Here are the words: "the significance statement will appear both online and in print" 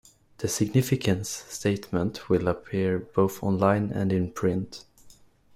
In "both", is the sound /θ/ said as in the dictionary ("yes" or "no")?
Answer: yes